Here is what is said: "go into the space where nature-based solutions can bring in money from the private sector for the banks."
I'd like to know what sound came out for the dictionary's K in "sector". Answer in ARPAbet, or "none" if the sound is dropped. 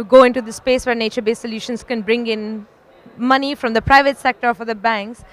K